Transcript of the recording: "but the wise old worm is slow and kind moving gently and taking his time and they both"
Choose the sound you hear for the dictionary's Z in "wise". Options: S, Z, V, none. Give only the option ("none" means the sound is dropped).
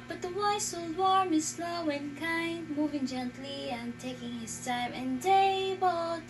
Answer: S